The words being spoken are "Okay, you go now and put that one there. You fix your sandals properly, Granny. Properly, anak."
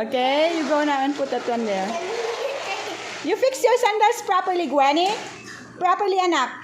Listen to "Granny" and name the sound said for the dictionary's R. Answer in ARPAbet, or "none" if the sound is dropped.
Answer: W